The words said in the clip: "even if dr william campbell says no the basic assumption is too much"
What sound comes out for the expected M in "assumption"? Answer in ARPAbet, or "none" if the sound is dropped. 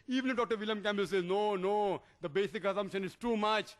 M